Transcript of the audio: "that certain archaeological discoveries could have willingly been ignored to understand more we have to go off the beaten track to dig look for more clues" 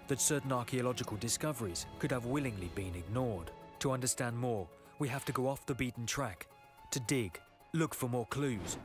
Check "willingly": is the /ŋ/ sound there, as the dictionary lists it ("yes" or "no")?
yes